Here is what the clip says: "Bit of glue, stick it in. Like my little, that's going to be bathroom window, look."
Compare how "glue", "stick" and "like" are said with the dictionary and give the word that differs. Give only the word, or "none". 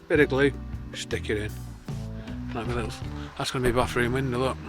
like